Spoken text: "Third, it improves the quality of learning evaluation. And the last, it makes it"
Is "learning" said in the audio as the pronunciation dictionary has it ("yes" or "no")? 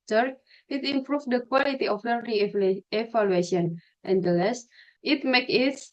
no